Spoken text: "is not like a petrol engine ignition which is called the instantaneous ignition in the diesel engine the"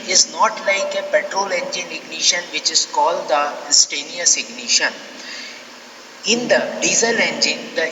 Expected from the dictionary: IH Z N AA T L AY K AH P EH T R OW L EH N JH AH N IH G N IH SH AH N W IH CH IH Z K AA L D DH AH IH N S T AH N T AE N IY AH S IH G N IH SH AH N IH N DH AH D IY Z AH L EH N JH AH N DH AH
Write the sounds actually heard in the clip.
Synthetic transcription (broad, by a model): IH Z N AA T L AY K AH P EH T R OW L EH N JH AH N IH G N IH SH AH N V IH CH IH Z K AA L D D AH S T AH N N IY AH S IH G N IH SH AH N IH N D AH D IY Z AH L EH N JH AH N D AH